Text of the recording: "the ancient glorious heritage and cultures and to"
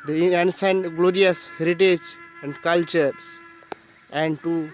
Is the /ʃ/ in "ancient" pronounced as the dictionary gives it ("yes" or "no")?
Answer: no